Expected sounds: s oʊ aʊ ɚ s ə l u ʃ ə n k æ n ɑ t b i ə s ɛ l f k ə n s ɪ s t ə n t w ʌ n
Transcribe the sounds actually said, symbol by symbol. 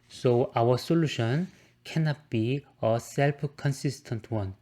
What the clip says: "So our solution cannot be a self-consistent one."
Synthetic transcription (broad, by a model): s oʊ aʊ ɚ s ə l u ʃ ə n k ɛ n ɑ t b i ə s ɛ l p k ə n s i s t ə n t w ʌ n